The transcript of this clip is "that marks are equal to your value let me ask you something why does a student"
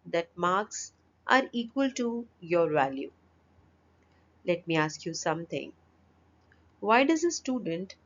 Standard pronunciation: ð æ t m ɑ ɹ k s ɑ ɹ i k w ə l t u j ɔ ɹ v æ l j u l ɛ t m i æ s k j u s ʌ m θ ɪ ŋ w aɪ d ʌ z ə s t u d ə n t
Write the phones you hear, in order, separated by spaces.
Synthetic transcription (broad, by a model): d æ t m ɑ ɹ k s ɑ ɹ i k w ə l t u j ɔ ɹ v æ l j u l ɛ t m i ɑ s k j u s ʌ m t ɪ ŋ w aɪ d ʌ z ə s t u d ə n t